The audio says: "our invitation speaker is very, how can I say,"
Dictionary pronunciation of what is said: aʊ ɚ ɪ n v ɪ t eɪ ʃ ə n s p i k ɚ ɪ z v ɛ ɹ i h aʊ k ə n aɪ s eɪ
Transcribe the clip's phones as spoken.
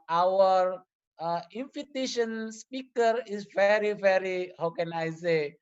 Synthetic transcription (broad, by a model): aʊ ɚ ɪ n f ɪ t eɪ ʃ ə n s p i k ɚ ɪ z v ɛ ɹ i h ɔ k ə n aɪ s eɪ